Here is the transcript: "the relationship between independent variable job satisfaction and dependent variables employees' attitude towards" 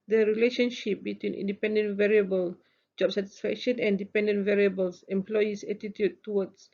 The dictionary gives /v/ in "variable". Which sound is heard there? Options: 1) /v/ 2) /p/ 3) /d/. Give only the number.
1